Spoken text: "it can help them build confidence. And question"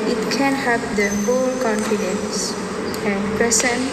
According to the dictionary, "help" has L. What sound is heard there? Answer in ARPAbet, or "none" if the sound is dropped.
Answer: none